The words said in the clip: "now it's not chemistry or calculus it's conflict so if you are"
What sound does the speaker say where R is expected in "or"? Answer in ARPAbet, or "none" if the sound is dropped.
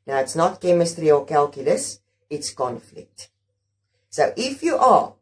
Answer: L